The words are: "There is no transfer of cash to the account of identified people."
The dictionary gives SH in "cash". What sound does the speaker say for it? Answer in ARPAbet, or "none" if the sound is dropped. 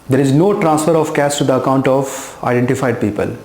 S